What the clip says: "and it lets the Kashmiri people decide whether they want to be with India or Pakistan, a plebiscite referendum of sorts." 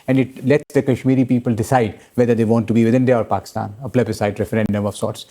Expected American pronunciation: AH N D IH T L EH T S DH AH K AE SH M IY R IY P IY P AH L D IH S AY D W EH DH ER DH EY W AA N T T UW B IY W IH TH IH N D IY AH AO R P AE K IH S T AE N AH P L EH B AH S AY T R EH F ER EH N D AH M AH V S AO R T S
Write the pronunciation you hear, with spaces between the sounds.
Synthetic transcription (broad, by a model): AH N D IH T L EH T S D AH K AE SH M IY R IY P IY P AH L D IH S AY D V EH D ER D EY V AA N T T UW B IY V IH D IH N D IY AH AO R P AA K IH S T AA N AH P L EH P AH S AY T R EH F ER EH N D AH M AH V S AO R T S